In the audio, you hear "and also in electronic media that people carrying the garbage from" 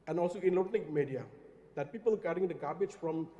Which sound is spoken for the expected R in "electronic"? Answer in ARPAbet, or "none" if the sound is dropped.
none